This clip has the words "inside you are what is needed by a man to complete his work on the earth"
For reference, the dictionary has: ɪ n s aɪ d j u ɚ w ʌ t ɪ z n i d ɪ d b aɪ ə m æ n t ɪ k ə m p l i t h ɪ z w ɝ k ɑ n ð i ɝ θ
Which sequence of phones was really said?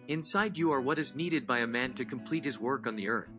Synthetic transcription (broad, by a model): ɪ n s aɪ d j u ɚ w ʌ t ɪ z n i d ɪ d b aɪ ə m æ n t ɪ k ə m p l i t h ɪ z w ɝ k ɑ n ð i ɝ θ